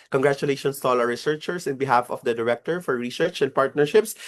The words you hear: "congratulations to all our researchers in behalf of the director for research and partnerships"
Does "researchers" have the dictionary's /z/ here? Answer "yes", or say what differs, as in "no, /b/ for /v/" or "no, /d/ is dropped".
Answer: no, /s/ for /z/